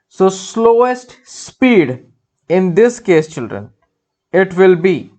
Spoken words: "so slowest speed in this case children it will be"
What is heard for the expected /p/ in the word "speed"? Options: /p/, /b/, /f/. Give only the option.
/p/